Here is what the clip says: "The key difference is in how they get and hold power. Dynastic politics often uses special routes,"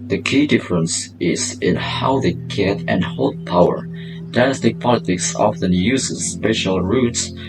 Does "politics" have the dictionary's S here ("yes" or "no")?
yes